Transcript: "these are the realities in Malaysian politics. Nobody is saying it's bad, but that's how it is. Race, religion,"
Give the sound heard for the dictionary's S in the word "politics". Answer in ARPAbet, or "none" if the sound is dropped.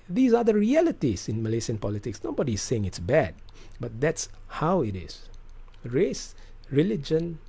S